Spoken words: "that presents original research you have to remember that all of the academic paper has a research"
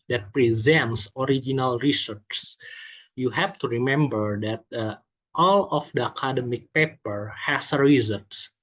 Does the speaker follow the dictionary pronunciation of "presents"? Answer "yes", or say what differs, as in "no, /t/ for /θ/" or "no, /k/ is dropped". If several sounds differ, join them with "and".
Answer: yes